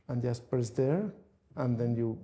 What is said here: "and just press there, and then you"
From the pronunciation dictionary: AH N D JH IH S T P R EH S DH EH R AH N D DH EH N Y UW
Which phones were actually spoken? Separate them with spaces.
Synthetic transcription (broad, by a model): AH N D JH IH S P EH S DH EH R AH N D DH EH N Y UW